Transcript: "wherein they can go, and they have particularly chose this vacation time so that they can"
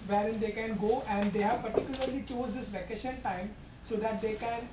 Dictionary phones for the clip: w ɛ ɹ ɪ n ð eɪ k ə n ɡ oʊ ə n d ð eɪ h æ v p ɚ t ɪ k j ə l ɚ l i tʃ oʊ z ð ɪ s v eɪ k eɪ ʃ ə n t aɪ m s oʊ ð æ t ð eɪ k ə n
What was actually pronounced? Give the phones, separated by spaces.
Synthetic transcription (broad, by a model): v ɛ ɹ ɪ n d eɪ k ə n ɡ oʊ ə n d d eɪ h æ v p ɚ t ɪ k j ə l ɚ l i tʃ oʊ z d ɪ s v eɪ k eɪ ʃ ə n t aɪ m s oʊ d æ t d eɪ k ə n